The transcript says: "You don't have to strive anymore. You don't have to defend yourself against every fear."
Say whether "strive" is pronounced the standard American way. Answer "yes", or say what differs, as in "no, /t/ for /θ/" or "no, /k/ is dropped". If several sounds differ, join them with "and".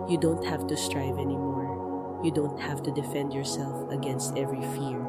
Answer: yes